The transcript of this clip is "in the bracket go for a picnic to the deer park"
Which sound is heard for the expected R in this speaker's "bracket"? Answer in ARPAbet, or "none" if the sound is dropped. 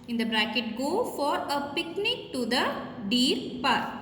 R